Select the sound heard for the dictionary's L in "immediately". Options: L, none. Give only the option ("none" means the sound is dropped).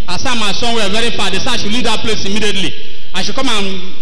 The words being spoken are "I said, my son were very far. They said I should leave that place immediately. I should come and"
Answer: L